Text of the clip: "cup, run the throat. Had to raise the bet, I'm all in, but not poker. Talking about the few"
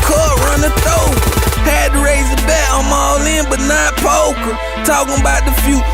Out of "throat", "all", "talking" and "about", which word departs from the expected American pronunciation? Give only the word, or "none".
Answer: throat